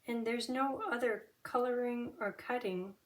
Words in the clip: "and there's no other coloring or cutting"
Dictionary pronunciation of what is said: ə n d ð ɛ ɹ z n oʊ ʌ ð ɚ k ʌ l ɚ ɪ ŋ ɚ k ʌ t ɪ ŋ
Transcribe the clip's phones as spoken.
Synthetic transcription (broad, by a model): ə n ð ɛ ɹ z n oʊ ʌ ð ɚ k ʌ l ɚ ɪ ŋ ɚ k ʌ t ɪ ŋ